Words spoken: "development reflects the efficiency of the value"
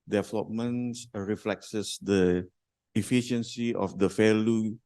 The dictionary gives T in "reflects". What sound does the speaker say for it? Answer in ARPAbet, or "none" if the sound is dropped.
S